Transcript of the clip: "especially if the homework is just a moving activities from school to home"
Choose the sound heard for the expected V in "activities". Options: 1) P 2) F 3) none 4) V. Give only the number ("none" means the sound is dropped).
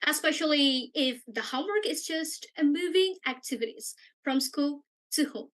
4